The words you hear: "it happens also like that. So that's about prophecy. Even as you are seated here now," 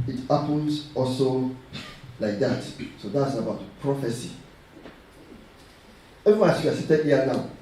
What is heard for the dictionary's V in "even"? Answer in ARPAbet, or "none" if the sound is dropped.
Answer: W